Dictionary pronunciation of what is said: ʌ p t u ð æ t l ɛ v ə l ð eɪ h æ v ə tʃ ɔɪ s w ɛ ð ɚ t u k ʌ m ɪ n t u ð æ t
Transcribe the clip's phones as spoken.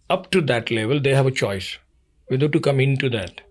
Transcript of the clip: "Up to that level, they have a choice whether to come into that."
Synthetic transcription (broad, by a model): ʌ p t u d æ t l ɛ v ə l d eɪ h æ v ə tʃ ɔɪ s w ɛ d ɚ t u k ʌ m ɪ n t u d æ t